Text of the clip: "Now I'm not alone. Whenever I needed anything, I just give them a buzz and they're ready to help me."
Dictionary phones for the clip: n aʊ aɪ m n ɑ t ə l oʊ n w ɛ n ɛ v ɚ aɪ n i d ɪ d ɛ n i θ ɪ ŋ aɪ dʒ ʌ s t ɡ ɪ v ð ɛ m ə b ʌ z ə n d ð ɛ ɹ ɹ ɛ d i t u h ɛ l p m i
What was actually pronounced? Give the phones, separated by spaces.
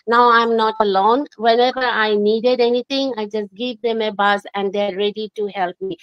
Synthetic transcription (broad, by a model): n aʊ aɪ m n ɑ t ə l oʊ n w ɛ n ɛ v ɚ aɪ n i d ɪ d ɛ n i t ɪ ŋ aɪ dʒ ʌ s t ɡ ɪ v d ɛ m ə b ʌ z ə n d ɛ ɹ ɹ ɛ d i t u h ɛ l p m i